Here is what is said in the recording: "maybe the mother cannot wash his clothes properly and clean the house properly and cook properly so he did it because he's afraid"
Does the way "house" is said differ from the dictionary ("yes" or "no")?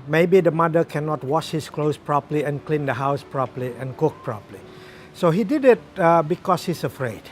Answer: no